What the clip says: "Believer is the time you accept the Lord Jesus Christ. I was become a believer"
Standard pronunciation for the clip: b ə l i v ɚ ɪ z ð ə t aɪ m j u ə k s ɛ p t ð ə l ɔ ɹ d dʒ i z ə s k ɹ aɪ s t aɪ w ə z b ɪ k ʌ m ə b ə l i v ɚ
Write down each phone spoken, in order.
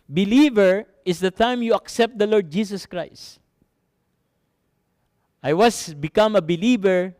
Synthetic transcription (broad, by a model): b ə l i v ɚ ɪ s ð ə t aɪ m j u ə k s ɛ p t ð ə l ɔ ɹ d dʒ i s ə s k ɹ aɪ s t aɪ w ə s b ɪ k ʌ m ə b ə l i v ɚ